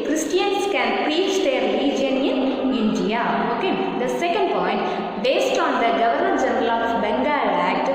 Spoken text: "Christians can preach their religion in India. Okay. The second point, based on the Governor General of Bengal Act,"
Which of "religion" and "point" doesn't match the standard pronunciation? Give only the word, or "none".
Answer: religion